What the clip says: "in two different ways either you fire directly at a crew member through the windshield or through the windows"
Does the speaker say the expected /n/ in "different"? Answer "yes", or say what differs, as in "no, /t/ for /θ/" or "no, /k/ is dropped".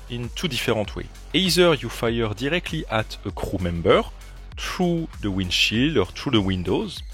no, /n/ is dropped